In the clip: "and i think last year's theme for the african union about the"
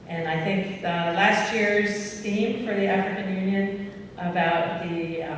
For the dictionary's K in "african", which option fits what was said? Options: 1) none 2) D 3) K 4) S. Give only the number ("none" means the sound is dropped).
3